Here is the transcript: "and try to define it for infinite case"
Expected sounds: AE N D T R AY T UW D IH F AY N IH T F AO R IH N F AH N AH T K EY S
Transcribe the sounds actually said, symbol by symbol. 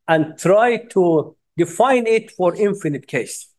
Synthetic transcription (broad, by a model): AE N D T R AY T UW D IH F AY N IH T F AO R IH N F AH N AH T K EY S